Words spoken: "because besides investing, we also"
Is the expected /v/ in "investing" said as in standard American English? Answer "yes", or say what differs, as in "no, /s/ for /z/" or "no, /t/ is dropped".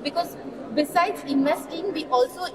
no, /v/ is dropped